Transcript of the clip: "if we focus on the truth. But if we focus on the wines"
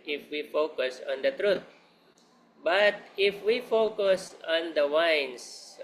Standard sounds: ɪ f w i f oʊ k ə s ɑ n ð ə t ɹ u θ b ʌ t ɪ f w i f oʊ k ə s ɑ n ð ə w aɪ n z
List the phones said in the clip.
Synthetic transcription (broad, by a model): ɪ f w i f oʊ k ə s ɑ n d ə t ɹ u t b ʌ t ɪ f w i f oʊ k ə s ɑ n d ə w aɪ n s